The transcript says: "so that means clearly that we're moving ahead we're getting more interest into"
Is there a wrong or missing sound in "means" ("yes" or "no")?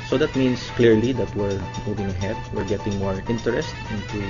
yes